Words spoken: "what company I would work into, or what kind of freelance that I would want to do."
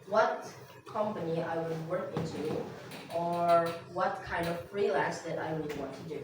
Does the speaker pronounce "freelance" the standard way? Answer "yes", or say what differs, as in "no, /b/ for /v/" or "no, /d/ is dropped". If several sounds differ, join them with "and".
no, /n/ is dropped